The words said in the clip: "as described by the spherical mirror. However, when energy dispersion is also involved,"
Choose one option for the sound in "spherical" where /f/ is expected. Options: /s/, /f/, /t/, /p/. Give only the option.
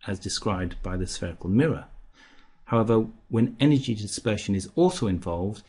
/f/